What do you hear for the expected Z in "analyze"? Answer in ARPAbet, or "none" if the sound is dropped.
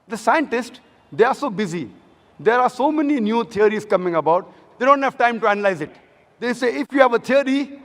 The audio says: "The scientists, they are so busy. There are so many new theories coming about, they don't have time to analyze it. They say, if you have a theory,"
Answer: Z